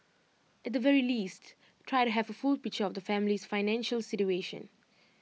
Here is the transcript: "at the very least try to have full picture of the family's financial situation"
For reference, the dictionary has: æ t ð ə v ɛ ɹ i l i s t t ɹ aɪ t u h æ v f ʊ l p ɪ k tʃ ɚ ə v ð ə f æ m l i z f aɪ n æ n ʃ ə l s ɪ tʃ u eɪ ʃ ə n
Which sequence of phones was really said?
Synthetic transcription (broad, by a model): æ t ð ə v ɛ ɹ i l i s t t ɹ aɪ t u h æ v f ʊ l p ɪ k tʃ ɚ ə v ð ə f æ m l i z f aɪ n æ n ʃ ə l s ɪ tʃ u eɪ ʃ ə n